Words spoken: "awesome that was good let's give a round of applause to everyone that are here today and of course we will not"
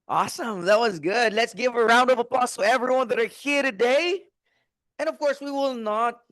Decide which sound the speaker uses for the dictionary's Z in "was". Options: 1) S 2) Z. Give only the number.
2